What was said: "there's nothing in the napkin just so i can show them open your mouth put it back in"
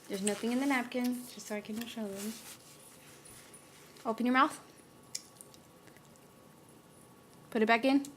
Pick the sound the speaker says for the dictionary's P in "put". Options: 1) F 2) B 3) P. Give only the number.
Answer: 3